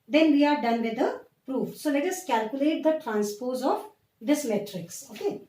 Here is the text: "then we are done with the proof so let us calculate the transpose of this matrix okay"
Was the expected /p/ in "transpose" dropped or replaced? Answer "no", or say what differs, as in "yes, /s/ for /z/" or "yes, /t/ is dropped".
no